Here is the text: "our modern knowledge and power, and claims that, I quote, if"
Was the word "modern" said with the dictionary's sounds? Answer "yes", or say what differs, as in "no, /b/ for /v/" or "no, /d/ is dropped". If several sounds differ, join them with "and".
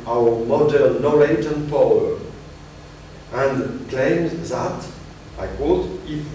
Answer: no, /l/ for /n/